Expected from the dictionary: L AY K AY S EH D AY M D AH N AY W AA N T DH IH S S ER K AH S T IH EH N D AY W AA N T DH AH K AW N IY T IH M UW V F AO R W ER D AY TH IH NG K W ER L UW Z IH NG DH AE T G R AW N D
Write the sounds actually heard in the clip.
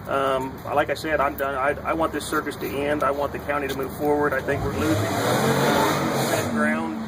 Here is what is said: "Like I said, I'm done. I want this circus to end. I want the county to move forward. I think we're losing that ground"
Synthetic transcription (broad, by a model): L AY K AY S EH D AY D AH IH AY W AA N DH IH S S ER K AH S T IH EH N D AY W AA N DH AH K AW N IY T IH M UW V F AO R W ER D AY TH IH NG K W ER L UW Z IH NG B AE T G R AW N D